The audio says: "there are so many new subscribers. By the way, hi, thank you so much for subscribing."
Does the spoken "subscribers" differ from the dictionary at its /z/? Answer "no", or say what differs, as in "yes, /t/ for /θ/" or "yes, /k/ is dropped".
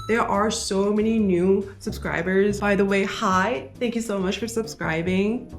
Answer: no